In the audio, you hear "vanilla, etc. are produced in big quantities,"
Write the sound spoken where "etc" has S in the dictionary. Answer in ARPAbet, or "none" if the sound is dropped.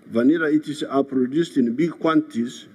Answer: none